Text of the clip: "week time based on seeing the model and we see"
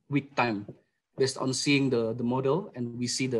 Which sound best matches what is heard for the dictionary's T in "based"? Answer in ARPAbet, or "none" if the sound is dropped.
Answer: T